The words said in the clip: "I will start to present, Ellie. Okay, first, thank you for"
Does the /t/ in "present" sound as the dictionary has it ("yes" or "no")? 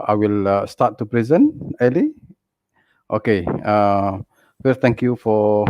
no